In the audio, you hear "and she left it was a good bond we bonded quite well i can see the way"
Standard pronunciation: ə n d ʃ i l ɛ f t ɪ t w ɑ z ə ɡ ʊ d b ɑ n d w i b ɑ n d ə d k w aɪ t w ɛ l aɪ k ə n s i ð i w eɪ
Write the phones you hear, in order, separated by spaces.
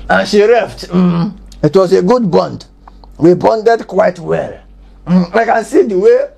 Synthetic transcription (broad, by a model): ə n ʃ i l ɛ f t ɪ t w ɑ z ə ɡ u d b ɑ n d w i b ɑ n d ə d k w aɪ t w ɛ l aɪ k ə n s i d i w eɪ